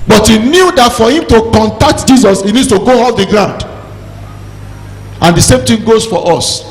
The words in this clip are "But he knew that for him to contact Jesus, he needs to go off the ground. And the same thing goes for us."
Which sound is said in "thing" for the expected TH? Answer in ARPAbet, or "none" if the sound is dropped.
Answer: T